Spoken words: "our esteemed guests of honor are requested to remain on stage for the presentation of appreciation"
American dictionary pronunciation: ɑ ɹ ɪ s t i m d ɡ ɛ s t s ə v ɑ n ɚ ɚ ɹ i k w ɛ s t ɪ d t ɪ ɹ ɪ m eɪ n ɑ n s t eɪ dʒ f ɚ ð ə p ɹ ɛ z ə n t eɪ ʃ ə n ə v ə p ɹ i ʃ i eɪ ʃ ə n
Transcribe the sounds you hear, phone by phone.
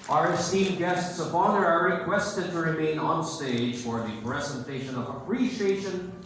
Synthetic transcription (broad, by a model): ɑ ɹ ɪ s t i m ɡ ɛ s t s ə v ɑ n ɚ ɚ ɹ i k w ɛ s t ɪ d t ɪ ɹ ɪ m eɪ n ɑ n s t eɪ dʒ f ɚ ð ə p ɹ ɛ z ə n t eɪ ʃ ə n ə v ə p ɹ i ʃ i eɪ ʃ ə n